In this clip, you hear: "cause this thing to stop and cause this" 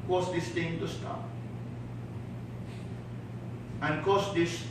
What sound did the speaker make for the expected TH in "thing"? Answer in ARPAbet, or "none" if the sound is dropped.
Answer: T